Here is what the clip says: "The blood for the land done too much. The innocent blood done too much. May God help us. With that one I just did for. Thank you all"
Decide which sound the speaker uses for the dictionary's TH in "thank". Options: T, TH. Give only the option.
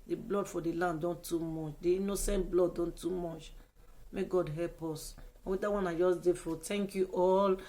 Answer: T